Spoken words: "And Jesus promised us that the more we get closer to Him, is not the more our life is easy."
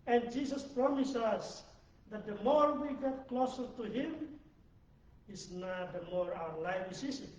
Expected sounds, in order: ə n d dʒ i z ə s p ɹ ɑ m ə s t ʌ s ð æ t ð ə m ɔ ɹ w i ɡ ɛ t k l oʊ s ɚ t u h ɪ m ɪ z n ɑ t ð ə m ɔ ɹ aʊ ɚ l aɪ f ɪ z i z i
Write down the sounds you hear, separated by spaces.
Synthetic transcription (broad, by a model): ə n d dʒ i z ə s p ɹ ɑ m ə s ʌ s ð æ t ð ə m ɔ ɹ w i ɡ ɛ t k l oʊ s ɚ t u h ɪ m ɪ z n ɑ t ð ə m ɔ ɹ aʊ ɚ l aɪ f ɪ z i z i